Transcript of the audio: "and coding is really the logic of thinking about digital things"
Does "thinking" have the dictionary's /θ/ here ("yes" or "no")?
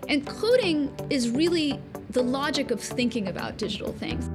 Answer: yes